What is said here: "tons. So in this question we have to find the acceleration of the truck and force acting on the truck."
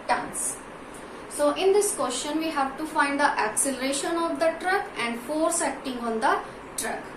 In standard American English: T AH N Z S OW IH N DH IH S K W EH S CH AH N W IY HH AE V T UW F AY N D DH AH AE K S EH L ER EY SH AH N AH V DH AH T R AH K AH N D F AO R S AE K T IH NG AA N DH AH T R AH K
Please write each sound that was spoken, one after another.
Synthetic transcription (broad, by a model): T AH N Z S OW IH N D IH S K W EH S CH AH N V IY HH AE V T UW F AY N D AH AE K S EH L ER EY SH AH N AH V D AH T R AH K AH N D F AO R S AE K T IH NG AA N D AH T R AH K